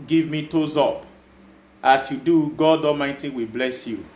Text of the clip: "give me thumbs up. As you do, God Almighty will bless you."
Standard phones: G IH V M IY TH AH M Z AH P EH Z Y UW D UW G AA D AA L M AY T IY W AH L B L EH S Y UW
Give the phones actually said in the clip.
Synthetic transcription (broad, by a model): G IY V M IY T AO Z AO P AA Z Y UW D UW G AA D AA M AY T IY W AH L B L EH S Y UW